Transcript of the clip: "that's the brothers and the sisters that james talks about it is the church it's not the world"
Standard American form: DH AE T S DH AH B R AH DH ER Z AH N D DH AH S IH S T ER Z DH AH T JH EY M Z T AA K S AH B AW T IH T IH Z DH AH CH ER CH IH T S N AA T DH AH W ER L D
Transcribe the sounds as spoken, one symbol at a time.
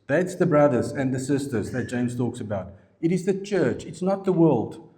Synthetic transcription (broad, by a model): DH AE T S DH AH B R AH DH ER Z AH N DH AH S IH S T ER Z DH AH T JH EY M Z T AA K S AH B AW T IH T IH Z DH AH CH ER CH IH T S N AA T DH AH W ER L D